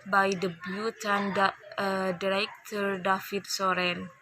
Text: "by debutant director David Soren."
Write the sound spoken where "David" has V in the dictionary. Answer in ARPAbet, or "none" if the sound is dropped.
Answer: F